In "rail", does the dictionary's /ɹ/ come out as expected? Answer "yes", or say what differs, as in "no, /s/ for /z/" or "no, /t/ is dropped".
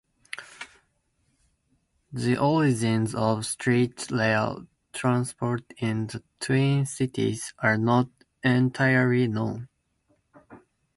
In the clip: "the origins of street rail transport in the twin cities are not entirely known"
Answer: no, /l/ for /ɹ/